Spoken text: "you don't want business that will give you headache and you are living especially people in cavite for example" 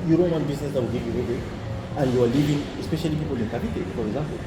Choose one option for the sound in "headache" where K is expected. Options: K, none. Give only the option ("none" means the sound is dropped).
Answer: none